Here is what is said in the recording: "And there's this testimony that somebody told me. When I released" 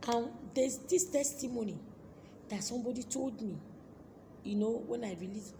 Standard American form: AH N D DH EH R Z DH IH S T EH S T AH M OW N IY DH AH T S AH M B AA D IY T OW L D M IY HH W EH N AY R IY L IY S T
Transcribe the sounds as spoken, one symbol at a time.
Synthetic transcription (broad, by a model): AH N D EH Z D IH S T EH S T AH M OW N IY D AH T S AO M B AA D IY T OW L D M IY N W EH N AY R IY L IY